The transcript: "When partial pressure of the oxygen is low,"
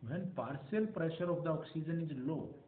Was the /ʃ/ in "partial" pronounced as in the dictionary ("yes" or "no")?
no